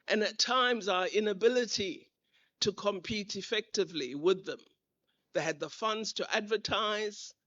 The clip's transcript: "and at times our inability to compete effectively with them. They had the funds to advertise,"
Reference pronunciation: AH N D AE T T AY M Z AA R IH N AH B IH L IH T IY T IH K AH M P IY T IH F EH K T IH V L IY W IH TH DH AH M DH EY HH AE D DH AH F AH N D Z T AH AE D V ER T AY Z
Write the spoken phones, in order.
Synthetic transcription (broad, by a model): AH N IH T T AY M Z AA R IH N AH B IH L IH T IY T IH K AH M P IY T IH F EH K T IH V L IY W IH DH AH M DH EY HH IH D DH AH F AH N D Z T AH AE D V ER T AY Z